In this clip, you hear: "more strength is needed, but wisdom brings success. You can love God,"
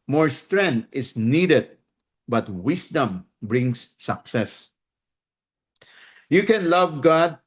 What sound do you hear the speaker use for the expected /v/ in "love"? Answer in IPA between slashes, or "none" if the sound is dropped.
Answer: /v/